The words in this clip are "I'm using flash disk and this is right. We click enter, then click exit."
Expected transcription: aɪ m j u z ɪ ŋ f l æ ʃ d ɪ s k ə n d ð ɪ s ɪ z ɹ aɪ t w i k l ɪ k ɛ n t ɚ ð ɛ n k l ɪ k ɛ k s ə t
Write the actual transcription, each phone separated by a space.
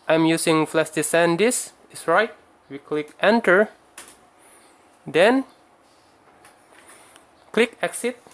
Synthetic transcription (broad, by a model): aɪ m j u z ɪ ŋ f l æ s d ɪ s ə n d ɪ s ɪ s ɹ aɪ t w i k l ɪ k ɛ n t ɚ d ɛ n k l ɪ k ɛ k s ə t